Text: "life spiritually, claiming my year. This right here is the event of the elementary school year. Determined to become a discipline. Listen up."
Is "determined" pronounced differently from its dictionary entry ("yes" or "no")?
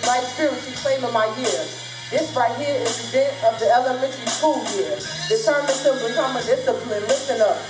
yes